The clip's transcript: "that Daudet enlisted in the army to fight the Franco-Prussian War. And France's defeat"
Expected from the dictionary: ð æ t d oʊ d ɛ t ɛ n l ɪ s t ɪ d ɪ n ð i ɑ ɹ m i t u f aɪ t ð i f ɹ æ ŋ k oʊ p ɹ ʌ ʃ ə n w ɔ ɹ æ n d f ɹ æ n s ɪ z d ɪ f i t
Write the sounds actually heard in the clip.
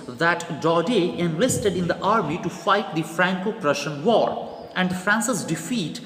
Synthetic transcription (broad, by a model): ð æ t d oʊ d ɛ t ɛ n l ɪ s t ɪ d ɪ n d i ɑ ɹ m i t u f aɪ t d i f ɹ æ ŋ k oʊ p ɹ ʌ ʃ ə n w ɔ ɹ æ n d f ɹ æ n s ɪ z d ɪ f i t